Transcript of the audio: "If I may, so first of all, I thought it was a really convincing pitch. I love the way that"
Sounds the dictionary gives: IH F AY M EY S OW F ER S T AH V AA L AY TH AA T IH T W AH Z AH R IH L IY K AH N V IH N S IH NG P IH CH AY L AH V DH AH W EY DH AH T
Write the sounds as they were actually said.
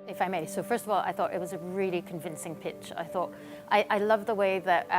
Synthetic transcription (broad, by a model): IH F AY M EY S OW F ER S T AH V AA L AY TH AA T IH T W AH Z AH R IH L IY K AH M V IH N S IH NG P IH CH AY L AH V DH AH W EY DH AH T